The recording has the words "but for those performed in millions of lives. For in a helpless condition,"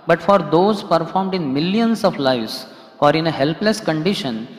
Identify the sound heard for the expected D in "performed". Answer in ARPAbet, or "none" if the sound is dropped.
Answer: D